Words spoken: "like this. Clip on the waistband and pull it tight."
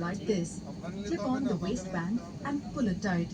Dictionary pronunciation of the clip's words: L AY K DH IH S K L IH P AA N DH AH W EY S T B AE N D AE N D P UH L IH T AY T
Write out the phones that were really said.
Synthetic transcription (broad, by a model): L AY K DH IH S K IH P AA N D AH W EY S T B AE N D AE N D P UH L IH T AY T